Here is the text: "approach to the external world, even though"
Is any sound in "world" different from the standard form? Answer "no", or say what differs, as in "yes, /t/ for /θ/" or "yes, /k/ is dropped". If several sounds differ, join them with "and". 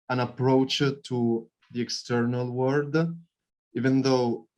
yes, /l/ is dropped